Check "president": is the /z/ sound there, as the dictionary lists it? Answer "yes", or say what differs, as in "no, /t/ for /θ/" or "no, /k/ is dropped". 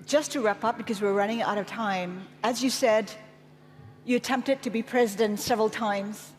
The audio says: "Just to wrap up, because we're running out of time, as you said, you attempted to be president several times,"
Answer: yes